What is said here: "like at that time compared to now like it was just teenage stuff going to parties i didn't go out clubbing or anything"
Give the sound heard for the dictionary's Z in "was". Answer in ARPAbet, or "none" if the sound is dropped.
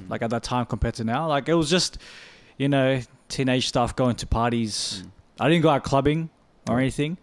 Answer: Z